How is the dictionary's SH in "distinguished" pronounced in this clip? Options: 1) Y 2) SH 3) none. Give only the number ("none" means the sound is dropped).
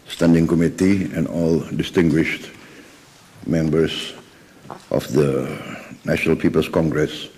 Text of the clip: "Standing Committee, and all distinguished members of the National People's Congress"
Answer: 2